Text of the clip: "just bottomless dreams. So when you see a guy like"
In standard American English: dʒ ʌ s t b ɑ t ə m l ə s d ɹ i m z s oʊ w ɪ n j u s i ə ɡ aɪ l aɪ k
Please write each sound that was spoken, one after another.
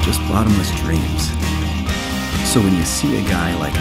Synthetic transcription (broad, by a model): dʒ ʌ s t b ɑ t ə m ə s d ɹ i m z s oʊ w ɪ n j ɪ s i ə ɡ aɪ l aɪ k